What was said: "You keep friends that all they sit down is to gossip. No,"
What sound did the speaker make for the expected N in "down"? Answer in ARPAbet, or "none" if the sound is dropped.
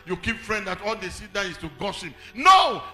none